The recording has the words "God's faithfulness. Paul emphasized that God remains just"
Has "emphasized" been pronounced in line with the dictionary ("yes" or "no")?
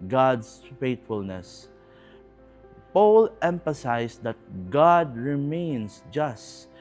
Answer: no